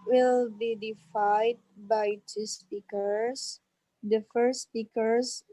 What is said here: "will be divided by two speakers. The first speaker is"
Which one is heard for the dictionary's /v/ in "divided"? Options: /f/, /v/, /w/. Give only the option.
/f/